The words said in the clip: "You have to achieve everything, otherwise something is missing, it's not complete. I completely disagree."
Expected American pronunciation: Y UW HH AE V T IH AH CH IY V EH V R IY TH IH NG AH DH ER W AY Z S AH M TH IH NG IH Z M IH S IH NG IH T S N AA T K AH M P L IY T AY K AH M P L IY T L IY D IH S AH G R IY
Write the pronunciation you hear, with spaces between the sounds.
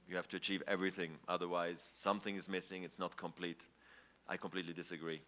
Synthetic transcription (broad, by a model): Y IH HH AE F T IH AH CH IY V EH V R IY TH IH NG AH DH ER W AY Z S AH M TH IH NG IH Z M IH S IH NG IH T S N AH T K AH M P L IY T AY K AH M P L IY T L IY D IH S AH G R IY